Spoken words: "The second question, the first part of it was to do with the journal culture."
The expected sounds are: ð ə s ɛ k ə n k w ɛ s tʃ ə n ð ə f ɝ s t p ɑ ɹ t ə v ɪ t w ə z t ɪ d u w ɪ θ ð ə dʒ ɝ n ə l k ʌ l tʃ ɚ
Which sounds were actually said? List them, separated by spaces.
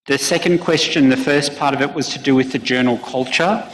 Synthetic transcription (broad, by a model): ð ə s ɛ k ə n k w ɛ s tʃ ə n ð ə f ɝ s p ɑ ɹ t ə v ɪ t w ə z t ɪ d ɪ w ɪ ð ə dʒ ɝ n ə l k ʌ l tʃ ɚ